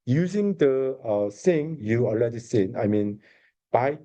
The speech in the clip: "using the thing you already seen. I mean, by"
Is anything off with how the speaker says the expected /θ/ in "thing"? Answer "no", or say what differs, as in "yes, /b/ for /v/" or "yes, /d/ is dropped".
yes, /s/ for /θ/